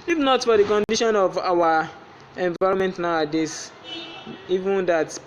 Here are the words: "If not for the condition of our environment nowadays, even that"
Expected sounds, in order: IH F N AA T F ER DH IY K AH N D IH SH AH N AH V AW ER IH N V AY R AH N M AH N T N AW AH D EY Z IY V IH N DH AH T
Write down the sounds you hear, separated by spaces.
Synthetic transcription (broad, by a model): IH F N AA T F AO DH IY K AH N D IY SH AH N AH V AW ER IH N V AY R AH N M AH N T N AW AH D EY S IY V IH N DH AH T